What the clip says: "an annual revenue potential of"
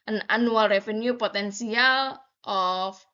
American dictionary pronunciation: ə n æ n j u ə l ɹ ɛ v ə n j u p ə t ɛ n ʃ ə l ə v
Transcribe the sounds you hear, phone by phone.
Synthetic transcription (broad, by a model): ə n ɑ n u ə l ɹ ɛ f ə n j u p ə t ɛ n s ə l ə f